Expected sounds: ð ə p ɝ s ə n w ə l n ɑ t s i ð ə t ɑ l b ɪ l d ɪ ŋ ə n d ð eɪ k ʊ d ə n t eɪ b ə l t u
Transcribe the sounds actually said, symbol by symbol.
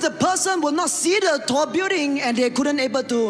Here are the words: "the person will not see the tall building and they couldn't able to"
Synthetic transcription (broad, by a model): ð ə p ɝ s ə n w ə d n ɑ t s i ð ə t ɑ b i d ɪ ŋ ə n d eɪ k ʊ d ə n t eɪ b ə l t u